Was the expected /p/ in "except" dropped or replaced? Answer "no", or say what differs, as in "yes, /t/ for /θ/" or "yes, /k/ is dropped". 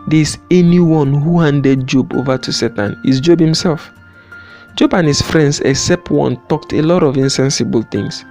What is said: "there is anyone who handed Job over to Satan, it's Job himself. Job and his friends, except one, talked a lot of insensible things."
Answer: no